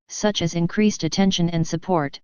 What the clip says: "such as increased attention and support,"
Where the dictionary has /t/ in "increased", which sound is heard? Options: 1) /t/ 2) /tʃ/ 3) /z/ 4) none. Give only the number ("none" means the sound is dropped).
1